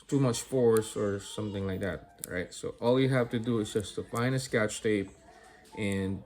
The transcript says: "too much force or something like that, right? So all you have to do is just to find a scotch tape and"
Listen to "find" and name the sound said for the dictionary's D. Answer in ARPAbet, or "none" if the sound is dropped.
none